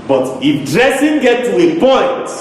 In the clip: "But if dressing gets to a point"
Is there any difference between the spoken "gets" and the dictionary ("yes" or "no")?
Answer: yes